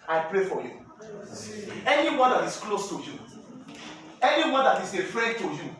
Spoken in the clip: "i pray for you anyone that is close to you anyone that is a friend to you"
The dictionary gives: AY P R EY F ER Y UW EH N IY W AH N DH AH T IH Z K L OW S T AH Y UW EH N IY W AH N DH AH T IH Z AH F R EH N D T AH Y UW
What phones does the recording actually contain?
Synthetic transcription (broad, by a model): AY P R EY F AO Y UW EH N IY W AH N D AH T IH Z K L OW S T AH Y UW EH N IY W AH N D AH T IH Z AH F R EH D T AH Y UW